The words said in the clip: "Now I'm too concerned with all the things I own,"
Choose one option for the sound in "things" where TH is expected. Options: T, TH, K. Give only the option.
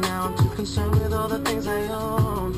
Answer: TH